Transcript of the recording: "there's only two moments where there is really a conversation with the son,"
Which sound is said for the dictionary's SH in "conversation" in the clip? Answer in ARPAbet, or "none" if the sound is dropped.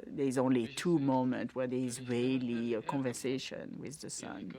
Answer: SH